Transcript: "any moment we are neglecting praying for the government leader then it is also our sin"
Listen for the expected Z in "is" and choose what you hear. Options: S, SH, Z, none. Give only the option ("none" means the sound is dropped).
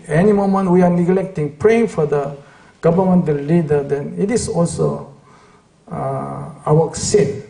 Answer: S